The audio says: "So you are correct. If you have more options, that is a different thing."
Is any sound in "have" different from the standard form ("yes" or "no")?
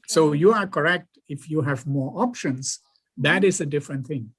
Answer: no